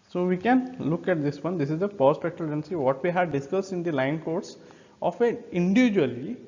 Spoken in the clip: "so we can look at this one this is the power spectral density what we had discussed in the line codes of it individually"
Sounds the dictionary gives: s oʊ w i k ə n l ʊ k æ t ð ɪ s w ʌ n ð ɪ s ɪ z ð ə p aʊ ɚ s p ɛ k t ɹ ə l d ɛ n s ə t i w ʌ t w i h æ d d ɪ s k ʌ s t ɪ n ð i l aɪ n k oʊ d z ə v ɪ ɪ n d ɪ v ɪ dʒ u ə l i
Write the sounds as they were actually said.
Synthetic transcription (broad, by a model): s oʊ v i k ə n l ʊ k æ t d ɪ s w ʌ n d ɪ s ɪ z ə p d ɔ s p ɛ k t ə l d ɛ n s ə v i t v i h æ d d ɪ s k ʌ s t ɪ n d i l aɪ n k oʊ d s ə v ɪ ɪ n d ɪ v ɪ dʒ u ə l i